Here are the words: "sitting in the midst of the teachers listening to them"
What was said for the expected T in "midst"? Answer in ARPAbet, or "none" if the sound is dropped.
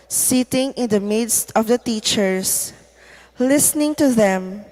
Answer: T